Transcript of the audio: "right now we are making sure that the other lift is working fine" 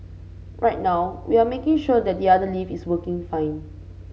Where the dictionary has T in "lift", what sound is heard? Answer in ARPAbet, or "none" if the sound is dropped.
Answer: none